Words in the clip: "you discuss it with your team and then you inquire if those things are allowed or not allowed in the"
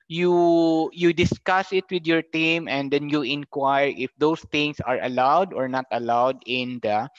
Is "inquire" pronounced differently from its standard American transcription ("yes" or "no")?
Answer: no